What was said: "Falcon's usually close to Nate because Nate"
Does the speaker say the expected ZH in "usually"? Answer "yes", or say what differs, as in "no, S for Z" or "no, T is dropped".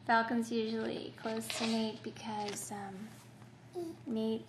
yes